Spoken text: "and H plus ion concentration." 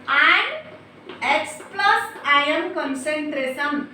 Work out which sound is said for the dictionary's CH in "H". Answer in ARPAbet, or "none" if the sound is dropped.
S